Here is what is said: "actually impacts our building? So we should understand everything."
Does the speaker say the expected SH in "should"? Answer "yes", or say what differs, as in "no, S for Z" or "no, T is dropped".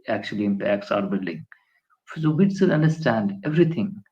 no, S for SH